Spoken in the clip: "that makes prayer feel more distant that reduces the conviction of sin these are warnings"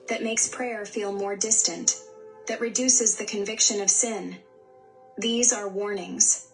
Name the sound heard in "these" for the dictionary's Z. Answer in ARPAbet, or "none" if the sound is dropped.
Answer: Z